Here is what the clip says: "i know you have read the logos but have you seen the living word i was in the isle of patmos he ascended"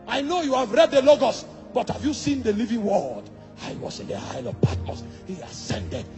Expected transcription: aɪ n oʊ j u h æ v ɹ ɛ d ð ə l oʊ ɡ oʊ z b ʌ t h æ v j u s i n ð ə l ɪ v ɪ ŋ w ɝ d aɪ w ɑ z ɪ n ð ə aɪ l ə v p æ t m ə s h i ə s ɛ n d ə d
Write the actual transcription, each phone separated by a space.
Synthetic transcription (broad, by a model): aɪ n oʊ j u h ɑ v ɹ ɛ d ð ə l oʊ ɡ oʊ s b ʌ t h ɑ v j u s i n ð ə l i v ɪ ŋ w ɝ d aɪ w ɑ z ɪ n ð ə aɪ l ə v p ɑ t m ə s h i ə s ɛ n d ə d